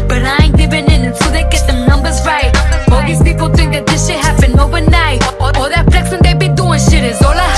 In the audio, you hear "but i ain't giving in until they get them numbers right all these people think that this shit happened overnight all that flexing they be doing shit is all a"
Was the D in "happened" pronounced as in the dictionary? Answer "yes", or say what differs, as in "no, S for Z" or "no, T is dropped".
no, D is dropped